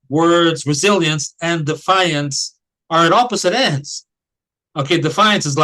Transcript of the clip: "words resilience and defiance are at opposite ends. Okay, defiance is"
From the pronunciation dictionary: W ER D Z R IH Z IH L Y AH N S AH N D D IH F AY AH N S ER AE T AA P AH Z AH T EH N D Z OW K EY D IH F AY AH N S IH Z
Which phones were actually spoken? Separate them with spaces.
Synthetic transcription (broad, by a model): W ER D Z R IH Z IH L Y AH N S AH N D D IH F AY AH N S ER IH T AA P AH Z AH T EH N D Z OW K EY D IH F AY AH N S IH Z